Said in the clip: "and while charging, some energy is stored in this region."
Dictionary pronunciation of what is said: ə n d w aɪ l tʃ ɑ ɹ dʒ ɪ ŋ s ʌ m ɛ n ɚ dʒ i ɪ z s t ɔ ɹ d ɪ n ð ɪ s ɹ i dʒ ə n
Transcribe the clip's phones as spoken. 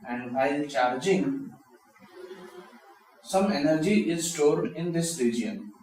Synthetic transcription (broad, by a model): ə n d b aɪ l tʃ ɑ ɹ dʒ ɪ ŋ s ʌ m ɛ n ɚ dʒ i ɪ z s t ɔ ɹ d ɪ n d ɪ s ɹ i dʒ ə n